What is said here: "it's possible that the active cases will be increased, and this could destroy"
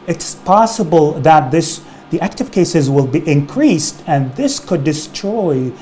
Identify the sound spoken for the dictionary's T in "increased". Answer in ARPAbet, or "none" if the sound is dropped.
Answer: T